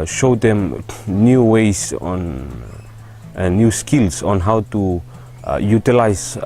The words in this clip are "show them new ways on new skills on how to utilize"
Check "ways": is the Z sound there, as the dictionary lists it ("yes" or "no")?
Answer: no